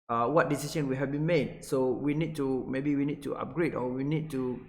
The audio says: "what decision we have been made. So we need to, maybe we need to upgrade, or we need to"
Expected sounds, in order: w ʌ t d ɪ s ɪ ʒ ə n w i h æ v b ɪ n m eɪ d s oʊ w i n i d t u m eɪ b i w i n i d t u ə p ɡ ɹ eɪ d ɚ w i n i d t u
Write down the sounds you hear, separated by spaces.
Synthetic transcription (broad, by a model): w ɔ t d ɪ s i s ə n w i h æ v b ɪ n m eɪ d s oʊ w i n i d t u m eɪ b i w i n i d t u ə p ɡ ɹ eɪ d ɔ w i n i d t u